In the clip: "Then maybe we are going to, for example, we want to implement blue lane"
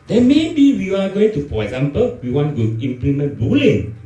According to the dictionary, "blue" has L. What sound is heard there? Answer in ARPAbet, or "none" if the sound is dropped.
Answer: none